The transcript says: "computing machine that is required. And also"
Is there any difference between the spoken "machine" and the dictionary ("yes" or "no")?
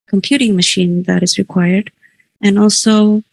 no